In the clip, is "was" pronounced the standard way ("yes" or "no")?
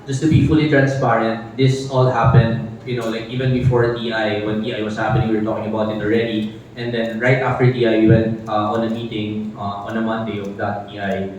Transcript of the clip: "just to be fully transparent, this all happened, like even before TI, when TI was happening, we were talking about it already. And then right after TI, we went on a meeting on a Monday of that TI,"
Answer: no